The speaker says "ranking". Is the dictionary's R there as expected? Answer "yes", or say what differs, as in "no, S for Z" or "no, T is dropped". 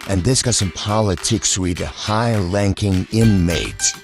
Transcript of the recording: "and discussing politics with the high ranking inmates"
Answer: no, L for R